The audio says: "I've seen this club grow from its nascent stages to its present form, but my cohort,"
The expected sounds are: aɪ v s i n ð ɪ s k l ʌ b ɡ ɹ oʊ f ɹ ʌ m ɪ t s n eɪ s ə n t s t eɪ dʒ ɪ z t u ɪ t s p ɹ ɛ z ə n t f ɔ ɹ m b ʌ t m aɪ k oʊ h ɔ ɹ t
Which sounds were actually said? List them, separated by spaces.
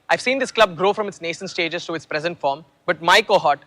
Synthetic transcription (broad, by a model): aɪ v s i n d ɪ s k l ʌ b ɡ ɹ oʊ f ɹ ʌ m ɪ t s n eɪ ʃ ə n s t eɪ dʒ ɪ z t u ɪ t s p ɹ ɛ z ə n t f ɔ ɹ m b ʌ t m aɪ k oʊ h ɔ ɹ t